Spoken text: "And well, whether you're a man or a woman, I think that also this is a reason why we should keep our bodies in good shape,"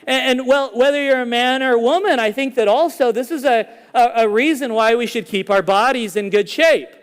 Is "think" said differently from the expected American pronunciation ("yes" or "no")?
no